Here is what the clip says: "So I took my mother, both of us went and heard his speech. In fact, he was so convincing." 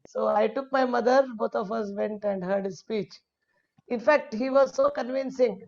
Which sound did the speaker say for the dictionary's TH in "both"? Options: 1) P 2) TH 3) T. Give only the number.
3